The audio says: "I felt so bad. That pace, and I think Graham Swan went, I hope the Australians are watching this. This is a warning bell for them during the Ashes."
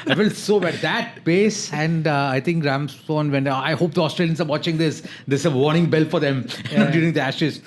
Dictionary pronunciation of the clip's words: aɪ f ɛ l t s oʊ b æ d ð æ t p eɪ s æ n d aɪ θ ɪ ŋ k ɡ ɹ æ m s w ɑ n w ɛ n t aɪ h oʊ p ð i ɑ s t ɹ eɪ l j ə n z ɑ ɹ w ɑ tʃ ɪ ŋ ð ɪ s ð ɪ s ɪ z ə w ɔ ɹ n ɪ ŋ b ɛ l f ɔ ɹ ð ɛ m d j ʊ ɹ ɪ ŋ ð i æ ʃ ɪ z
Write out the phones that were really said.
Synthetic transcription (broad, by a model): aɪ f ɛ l s oʊ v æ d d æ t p eɪ s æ n d aɪ t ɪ ŋ k ɹ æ m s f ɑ n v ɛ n aɪ h oʊ p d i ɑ s t ɹ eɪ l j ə n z ɑ ɹ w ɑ tʃ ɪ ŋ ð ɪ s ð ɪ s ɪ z ə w ɔ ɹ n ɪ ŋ b ɛ l f ɔ ɹ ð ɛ m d j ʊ ɹ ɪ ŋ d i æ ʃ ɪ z